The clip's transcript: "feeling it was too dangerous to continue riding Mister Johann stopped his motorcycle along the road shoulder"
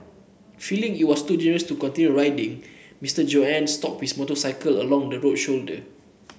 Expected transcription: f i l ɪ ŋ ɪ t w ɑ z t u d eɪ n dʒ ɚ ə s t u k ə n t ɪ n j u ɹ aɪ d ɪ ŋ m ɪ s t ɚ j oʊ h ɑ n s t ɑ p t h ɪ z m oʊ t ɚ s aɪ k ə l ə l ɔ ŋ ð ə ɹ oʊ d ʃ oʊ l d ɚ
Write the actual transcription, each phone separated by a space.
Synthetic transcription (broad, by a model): f i l ɪ ŋ ɪ t w ɑ s t u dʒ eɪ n ɚ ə s t u k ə n t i n j u ɹ aɪ d ɪ ŋ m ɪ s t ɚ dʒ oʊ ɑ n s t ɑ p h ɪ s m oʊ t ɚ s aɪ k ə l ə l ɔ ŋ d ə ɹ oʊ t ʃ oʊ l d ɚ